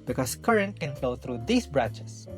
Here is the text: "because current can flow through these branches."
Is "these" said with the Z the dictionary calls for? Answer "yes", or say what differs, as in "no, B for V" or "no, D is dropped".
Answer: no, S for Z